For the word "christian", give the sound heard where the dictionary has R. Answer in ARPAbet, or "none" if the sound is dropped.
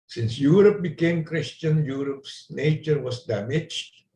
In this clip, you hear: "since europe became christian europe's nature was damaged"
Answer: R